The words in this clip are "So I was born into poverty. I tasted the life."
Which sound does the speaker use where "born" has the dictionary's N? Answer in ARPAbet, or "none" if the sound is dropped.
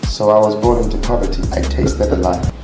none